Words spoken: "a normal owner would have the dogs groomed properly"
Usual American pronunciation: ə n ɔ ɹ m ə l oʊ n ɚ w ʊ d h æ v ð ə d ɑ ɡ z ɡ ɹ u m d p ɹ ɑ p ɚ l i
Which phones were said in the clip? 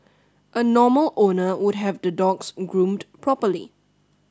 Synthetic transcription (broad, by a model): ə n ɔ m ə l oʊ n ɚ w ʊ d h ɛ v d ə d ɑ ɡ s ɡ ɹ u m d p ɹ ɑ p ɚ l i